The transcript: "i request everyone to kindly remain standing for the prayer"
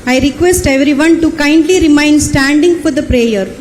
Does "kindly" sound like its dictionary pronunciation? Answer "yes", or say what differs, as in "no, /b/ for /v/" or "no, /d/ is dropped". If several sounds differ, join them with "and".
yes